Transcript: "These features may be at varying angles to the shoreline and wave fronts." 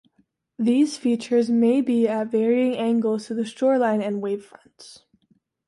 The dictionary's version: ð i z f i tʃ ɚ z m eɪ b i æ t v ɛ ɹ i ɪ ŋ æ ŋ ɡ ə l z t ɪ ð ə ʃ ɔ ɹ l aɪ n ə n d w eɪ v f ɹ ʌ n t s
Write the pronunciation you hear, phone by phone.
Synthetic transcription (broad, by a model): ð i z f i tʃ ɚ z m eɪ b i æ t v ɛ ɹ i ɪ ŋ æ ŋ ɡ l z t ɪ ð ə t ɔ ɹ l aɪ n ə n w eɪ v f ɹ ʌ n t s